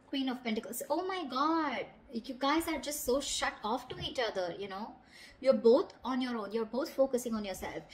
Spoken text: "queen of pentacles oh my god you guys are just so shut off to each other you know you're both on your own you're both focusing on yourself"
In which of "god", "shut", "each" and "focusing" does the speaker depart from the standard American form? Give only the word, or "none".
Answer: none